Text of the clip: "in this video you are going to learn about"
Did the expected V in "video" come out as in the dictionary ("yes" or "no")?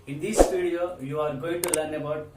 no